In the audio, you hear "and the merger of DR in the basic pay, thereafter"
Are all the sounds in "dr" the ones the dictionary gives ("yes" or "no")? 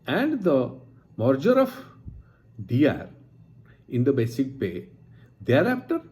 no